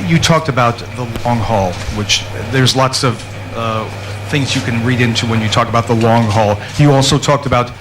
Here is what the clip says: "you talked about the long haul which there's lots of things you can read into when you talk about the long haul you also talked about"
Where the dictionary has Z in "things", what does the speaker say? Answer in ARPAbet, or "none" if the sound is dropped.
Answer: Z